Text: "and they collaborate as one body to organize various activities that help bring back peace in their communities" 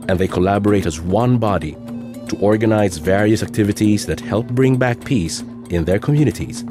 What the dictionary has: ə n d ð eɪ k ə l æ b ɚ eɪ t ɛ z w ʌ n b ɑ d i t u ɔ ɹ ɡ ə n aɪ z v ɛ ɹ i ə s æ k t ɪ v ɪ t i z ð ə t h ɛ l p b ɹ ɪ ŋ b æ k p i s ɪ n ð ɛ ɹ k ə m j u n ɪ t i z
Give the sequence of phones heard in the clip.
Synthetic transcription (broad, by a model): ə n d ð eɪ k ə l æ b ɚ eɪ t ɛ z w ʌ n b ɑ d i t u ɔ ɹ ɡ ə n aɪ z v ɛ ɹ i ə s æ k t ɪ v ɪ t i z ð ə t h ɛ l p b ɹ ɪ ŋ b æ k p i s ɪ n ð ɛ ɹ k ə m j u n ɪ t i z